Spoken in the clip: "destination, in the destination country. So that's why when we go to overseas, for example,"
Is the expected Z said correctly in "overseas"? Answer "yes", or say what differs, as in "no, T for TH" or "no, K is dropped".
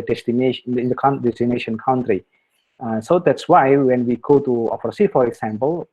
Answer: no, Z is dropped